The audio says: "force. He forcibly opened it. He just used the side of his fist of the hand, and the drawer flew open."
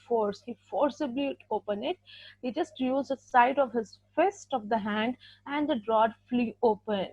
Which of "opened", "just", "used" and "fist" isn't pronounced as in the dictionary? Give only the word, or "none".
opened